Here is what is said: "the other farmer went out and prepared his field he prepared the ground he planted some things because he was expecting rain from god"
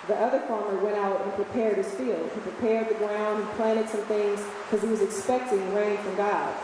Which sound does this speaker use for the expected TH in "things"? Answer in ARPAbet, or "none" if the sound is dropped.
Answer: TH